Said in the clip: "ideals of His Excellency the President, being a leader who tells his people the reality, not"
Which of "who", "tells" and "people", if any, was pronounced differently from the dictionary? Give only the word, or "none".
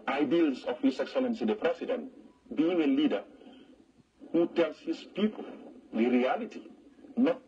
tells